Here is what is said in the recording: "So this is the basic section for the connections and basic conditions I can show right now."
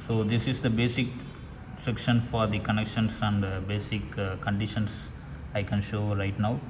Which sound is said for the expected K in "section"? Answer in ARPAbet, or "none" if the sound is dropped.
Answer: K